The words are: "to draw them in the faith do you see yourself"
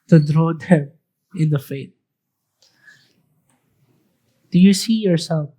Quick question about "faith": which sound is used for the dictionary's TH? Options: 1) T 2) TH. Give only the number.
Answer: 1